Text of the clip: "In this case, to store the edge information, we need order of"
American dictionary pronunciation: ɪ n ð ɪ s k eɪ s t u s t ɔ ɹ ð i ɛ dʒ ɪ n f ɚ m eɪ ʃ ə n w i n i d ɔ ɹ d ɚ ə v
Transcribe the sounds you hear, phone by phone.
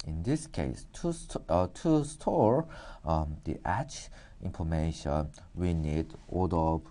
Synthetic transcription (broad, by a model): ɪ n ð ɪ s k eɪ s t u s t ɔ ɹ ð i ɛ tʃ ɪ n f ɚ m eɪ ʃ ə n w i n i d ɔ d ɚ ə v